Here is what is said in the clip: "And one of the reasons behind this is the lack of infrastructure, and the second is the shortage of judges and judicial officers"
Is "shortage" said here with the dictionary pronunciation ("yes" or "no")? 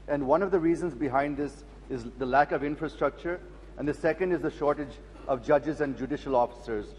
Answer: yes